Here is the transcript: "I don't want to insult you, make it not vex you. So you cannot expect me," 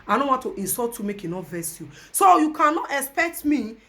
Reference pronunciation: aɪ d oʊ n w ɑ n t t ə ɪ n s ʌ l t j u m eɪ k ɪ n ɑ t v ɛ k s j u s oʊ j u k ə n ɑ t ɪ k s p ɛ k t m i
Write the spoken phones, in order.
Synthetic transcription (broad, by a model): aɪ d oʊ n w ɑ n t t ə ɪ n s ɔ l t j u m eɪ k ɪ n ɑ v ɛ s j u s oʊ j u k ə n ɑ t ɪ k s p ɛ k t m i